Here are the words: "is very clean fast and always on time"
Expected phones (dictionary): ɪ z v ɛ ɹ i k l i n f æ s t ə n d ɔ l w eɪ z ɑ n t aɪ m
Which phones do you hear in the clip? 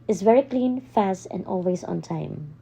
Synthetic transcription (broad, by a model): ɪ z v ɛ ɹ i k l i n f æ s t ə n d ɔ l w eɪ z ɑ n t aɪ m